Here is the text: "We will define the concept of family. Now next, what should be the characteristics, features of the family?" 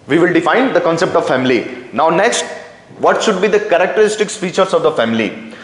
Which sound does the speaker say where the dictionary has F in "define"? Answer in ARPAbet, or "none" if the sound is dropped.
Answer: F